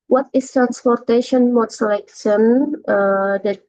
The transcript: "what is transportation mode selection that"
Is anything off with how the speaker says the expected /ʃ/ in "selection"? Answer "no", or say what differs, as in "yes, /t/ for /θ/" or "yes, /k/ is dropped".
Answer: yes, /s/ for /ʃ/